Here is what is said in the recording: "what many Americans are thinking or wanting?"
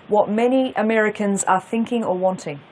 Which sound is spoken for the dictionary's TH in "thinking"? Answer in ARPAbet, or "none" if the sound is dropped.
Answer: TH